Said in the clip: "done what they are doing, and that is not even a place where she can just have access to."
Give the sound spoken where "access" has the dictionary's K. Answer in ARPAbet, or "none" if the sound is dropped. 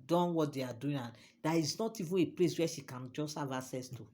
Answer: none